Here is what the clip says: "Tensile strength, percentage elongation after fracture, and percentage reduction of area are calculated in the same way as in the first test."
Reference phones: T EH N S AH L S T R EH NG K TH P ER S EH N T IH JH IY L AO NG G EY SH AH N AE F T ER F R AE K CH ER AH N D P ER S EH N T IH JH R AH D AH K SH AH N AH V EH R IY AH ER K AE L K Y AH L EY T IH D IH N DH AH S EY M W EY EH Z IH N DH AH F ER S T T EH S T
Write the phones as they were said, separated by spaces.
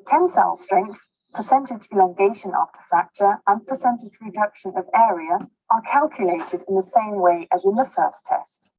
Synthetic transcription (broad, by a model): T EH N S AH L S T R EH NG K TH P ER S EH N T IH JH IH L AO NG G EY SH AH N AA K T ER F AE K CH ER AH N P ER S EH N T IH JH R AH D AH K SH AH N AH V EH R IY AH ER K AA L K Y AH L EY T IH D IH N DH AH S EY M W EY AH Z IH N DH AH F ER S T T EH S T